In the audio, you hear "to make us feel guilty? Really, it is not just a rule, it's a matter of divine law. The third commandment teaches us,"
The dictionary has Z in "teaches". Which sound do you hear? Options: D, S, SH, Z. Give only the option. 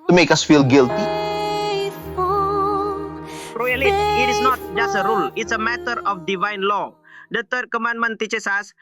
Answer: S